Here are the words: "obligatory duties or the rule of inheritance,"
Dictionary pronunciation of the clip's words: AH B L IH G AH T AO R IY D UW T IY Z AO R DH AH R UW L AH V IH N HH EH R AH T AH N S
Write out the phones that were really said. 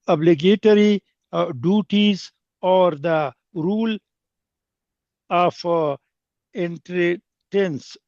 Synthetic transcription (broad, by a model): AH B L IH G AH T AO R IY D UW T IY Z AO R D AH R UW L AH F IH N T R T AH N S